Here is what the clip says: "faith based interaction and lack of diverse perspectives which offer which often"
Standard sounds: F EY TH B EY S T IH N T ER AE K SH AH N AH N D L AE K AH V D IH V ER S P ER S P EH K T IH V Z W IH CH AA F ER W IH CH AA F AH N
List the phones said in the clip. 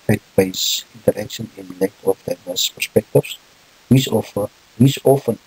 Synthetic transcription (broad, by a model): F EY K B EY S IH N T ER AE K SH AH N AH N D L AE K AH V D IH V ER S P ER S P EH K T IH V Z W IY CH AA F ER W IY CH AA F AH N